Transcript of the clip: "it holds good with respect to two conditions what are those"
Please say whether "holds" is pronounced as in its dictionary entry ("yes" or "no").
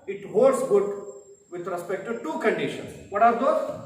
no